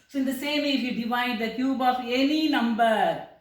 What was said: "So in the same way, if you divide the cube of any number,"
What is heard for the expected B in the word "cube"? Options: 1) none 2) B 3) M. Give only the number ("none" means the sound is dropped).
2